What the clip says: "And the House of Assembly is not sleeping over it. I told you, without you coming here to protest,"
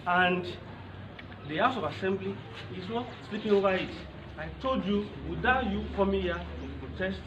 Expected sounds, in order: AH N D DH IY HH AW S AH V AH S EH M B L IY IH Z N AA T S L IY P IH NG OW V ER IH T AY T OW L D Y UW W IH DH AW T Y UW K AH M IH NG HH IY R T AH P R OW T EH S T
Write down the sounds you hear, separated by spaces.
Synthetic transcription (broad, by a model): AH N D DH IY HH AW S AH V AH S EH M B L IY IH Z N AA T S L IY P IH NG OW V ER IH T AY T OW L D Y UW W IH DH AW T Y UW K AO M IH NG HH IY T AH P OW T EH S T